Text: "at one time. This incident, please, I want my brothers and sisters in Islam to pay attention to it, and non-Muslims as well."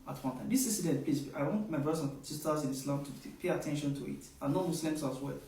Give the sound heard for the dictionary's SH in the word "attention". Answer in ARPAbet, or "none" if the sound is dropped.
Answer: SH